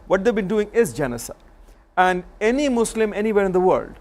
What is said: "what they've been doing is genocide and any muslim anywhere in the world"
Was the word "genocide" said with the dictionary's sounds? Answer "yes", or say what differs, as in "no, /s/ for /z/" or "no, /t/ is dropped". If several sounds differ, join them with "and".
no, /d/ is dropped